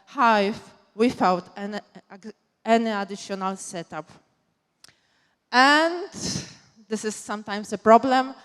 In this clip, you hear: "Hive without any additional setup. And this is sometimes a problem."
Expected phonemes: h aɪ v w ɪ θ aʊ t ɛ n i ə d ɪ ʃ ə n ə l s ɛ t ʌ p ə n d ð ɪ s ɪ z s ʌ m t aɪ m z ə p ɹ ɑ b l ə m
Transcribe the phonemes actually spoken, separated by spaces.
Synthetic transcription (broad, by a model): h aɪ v w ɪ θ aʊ t ɛ n i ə d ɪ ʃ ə n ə l s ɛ t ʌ p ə n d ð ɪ s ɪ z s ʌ m t aɪ m s ə p ɹ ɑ b l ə m